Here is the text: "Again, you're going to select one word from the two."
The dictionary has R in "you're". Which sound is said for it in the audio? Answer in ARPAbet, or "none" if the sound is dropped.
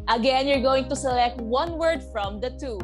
R